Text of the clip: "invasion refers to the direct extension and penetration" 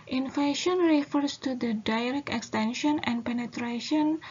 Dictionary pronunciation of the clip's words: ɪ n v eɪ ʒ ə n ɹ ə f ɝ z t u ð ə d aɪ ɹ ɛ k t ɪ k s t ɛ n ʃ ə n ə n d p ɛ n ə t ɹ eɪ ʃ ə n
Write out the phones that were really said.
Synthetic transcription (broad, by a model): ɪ n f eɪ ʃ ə n ɹ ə f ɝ s t u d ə d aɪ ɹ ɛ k ɪ k s t ɛ n ʃ ə n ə n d p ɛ n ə t ɹ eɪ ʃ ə n